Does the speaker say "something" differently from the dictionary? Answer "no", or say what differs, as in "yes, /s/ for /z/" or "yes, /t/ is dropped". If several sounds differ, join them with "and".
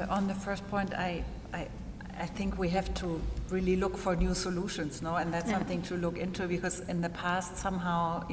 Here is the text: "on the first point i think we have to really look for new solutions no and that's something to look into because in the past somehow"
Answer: no